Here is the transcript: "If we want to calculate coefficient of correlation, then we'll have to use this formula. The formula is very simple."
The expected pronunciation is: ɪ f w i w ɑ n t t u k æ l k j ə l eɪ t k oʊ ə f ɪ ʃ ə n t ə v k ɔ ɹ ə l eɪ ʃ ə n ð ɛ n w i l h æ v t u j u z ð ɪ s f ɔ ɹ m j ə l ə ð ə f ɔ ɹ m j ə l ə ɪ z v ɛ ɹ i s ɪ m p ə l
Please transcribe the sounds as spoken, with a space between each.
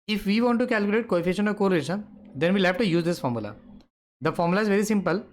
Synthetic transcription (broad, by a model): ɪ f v i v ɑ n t t u k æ l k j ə l eɪ t k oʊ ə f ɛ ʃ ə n ə k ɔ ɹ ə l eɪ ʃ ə n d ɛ n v i l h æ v t u j u z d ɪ s f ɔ ɹ m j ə l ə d ə f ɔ ɹ m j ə l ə ɪ z v ɛ ɹ i s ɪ m p ə l